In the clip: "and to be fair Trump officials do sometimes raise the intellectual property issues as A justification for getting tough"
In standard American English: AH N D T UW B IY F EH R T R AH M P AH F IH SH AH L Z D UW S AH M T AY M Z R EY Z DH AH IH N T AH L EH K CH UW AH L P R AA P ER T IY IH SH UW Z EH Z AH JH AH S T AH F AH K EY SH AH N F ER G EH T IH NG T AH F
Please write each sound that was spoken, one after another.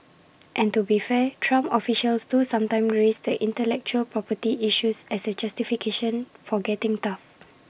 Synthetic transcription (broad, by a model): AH N T UW B IY F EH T R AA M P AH F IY SH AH L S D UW S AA M T AY M R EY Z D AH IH N T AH L EH K CH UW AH L P R AA P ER T IY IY SH UW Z EH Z AH JH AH S T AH F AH K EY SH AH N F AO G EH T IH NG T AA F